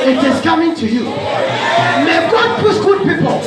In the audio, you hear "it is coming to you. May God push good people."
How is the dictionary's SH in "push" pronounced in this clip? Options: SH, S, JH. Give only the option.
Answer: S